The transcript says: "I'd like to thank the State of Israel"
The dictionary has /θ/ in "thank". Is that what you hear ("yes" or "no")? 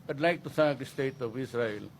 no